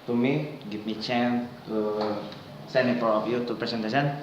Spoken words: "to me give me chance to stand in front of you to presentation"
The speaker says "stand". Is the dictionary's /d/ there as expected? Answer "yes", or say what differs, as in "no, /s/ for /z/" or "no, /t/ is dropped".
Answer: no, /d/ is dropped